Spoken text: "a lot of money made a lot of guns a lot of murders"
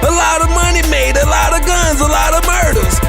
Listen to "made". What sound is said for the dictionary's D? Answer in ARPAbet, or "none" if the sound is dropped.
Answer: D